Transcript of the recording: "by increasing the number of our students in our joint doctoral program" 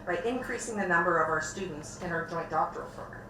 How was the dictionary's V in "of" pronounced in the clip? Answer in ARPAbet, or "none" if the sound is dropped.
V